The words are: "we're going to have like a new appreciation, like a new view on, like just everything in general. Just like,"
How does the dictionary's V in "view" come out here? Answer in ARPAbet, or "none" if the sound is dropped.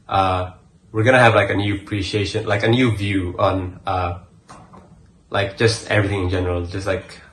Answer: V